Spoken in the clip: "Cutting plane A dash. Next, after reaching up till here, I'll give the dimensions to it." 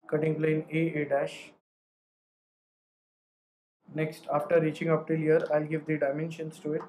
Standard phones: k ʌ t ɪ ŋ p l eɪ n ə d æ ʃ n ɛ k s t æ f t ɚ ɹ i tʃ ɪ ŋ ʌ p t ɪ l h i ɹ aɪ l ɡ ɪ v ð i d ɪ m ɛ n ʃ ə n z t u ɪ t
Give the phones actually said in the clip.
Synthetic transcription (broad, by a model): k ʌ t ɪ ŋ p l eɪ n ə d æ ʃ n ɛ k s t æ f t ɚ ɹ i tʃ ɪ ŋ ʌ p t ɪ l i ɹ aɪ l ɡ ɪ v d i d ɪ m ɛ n ʃ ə n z t u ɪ t